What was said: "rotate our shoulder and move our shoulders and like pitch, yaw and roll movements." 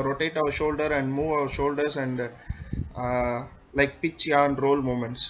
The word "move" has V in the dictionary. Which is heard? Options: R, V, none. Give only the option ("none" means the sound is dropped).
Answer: V